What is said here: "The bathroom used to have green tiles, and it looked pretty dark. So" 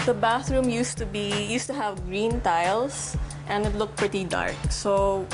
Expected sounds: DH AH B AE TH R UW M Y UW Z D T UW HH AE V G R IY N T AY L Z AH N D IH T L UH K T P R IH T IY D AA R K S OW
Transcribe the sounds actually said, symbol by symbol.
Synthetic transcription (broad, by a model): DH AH B AE TH R UW M Y UW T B T UW HH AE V G R IY N T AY L S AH N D IH T L UH K T P R IH T IY D AA R K S OW